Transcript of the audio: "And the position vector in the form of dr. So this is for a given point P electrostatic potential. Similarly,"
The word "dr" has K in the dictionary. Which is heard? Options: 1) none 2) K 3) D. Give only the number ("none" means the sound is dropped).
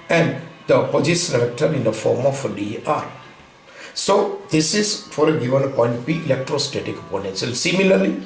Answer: 1